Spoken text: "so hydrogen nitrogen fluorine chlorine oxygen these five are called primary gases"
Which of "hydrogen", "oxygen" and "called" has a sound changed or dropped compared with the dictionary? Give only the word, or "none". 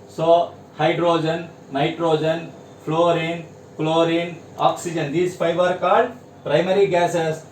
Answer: called